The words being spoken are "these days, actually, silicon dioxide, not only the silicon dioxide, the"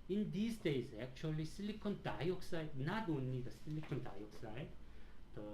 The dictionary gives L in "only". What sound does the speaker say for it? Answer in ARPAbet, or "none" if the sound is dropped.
none